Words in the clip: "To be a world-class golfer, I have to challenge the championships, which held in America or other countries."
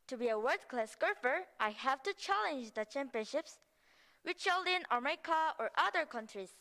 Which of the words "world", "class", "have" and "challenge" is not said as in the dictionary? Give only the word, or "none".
world